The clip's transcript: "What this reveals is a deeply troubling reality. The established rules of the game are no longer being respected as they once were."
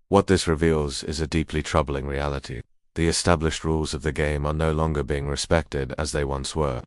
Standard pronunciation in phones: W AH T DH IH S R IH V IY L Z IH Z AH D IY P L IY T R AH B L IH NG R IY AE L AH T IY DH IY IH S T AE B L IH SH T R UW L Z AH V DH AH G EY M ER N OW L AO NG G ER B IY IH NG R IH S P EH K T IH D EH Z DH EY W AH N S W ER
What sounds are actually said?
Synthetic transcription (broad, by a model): W AH T DH IH S R IH V IY L Z IH Z AH D IY P L IY T R AH B L IH NG R IY AE L AH T IY DH IY IH S T AE B L IH SH T R UW L Z AH V DH AH G EY M ER N OW L AO NG G ER B IY IH NG R IH S P EH K T IH D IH Z DH EY W AH N S W ER